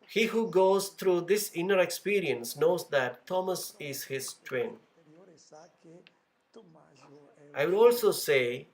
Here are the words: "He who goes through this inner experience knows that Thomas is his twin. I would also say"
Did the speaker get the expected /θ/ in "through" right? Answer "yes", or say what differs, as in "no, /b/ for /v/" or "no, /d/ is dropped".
no, /t/ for /θ/